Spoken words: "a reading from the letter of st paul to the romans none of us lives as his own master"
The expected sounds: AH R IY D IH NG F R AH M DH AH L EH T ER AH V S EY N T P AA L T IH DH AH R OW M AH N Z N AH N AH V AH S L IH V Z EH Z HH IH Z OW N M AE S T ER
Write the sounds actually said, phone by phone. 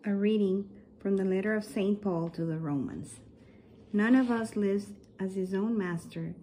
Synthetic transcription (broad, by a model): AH R IY D IH NG F R AH M DH AH L EH T ER AH V S EY N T P AA L T IH DH AH R OW M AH N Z N AH N AH V AH S L IH V Z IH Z HH IH Z OW N M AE S T ER